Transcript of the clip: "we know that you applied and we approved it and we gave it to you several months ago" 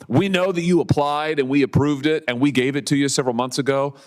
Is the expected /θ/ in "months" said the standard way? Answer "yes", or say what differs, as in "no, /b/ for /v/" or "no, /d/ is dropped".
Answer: yes